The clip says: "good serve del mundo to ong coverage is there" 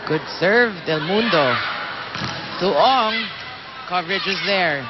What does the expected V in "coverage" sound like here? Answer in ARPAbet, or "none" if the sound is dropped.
V